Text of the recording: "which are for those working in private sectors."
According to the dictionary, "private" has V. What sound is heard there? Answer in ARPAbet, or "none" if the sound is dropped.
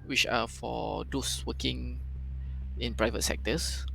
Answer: V